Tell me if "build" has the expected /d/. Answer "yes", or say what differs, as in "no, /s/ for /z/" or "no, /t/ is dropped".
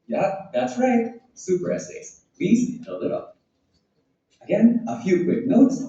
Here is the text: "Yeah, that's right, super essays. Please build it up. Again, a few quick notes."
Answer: no, /d/ is dropped